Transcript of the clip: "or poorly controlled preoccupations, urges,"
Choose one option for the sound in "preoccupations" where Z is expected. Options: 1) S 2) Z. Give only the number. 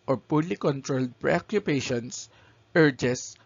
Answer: 1